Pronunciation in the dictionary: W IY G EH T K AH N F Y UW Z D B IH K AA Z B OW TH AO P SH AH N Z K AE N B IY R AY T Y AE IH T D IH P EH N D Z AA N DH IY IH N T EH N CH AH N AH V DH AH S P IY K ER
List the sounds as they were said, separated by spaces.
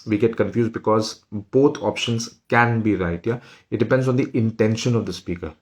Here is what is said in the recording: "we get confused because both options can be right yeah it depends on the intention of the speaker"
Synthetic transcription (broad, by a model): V IY G EH T K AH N F Y UW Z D B IH K AA Z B OW T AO P SH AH N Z K AE N B IY R AY T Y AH IH T D IH P EH N D Z AA N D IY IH N T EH N SH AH N AH V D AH S P IY K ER